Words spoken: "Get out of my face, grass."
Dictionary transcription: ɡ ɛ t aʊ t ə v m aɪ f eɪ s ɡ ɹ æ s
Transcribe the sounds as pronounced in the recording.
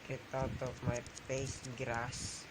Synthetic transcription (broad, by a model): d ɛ t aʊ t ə p m aɪ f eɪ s ɡ ɹ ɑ s